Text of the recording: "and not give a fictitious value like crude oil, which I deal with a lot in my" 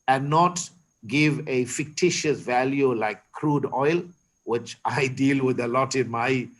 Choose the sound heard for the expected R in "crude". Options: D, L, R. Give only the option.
R